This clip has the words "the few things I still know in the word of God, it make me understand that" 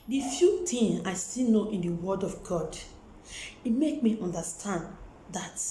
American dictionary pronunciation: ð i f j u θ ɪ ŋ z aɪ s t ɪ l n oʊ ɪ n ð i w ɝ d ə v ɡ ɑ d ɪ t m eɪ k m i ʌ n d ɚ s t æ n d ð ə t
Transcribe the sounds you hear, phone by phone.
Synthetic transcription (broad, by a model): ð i f j u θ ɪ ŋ aɪ s t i l n oʊ ɪ n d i w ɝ d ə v ɡ ɑ d ɪ t m eɪ k m i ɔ n d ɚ s t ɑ n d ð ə t